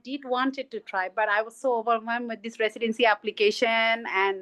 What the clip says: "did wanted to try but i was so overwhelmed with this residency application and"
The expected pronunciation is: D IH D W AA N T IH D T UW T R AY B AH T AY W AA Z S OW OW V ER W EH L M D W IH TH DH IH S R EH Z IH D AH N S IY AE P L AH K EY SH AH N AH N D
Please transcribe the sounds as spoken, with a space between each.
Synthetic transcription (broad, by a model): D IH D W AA N T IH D T UW T R AY B AH T AY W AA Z S OW OW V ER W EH M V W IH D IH S R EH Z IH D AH N S IY AE P L AH K EY SH AH N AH N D